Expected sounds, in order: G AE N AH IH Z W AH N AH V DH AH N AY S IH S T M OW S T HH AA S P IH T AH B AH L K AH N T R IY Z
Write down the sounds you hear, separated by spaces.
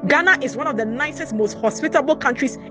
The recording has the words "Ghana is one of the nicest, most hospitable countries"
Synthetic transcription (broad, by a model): G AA N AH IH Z W AH N AH V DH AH N AY S IH S T M OW S T HH AA S P IH T AH B AH L K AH N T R IY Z